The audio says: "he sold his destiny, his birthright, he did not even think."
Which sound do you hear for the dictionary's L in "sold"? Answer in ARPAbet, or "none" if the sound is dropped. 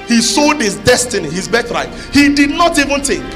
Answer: none